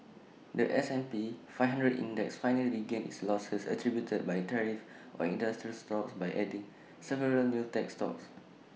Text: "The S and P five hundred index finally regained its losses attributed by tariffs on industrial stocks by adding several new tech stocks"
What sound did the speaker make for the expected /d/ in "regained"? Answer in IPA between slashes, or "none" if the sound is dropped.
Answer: none